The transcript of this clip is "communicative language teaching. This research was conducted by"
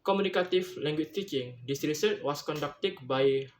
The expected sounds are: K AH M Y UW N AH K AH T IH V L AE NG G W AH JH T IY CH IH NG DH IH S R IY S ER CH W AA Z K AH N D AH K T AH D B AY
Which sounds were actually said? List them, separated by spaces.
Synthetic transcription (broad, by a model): K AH M UW N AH K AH T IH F L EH NG G W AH CH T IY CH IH NG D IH S R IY S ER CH W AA S K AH N D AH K T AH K B AY